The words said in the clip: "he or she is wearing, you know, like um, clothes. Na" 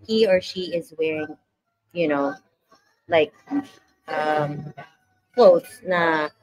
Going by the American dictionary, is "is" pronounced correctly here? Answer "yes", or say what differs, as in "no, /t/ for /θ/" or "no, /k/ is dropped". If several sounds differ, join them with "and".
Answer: yes